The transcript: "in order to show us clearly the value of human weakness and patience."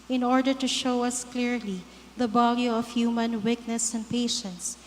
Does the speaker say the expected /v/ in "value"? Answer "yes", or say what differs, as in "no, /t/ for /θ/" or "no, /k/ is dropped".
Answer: no, /b/ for /v/